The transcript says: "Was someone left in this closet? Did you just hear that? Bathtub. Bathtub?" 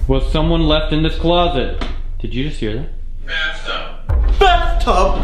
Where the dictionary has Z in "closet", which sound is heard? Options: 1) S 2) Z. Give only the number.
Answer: 2